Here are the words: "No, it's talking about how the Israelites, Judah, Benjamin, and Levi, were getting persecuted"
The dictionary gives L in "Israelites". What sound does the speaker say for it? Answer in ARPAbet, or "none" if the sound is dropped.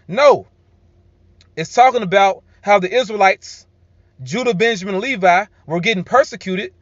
L